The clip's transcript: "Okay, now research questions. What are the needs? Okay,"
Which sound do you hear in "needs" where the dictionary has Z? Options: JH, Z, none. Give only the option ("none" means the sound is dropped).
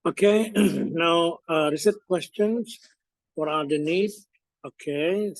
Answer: none